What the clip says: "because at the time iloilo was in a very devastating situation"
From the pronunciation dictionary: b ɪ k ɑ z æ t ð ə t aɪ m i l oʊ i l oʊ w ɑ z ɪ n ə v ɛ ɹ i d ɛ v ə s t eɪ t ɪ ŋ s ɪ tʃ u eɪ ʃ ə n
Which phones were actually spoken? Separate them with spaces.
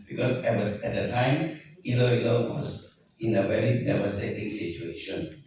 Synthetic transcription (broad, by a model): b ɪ k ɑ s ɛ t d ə t aɪ m i l oʊ i l oʊ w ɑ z ɪ n ə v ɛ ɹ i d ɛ w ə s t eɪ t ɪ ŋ s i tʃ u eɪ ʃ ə n